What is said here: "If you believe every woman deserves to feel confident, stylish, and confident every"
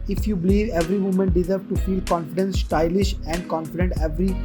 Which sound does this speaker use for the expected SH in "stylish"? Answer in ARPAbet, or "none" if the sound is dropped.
SH